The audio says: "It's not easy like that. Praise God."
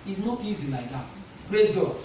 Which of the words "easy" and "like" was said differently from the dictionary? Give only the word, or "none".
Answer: none